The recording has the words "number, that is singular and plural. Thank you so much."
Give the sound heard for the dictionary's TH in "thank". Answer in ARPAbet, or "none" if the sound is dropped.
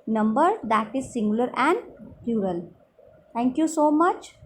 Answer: T